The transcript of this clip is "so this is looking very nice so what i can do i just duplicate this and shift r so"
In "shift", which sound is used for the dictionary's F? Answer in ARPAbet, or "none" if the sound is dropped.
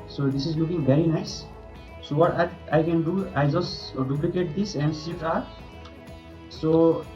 none